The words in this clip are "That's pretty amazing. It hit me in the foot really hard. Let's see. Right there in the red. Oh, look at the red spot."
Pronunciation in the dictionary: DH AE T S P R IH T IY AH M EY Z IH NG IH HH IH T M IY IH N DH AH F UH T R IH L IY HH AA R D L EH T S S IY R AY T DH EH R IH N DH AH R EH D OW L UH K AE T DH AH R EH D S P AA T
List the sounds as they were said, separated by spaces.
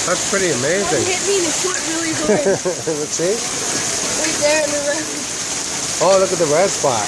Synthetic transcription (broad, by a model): DH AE T S P R IH T IY AH M EY Z IH NG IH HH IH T M IY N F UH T R IH L IY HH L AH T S S IY W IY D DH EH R IH N DH AH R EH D OW L UH K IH T DH AH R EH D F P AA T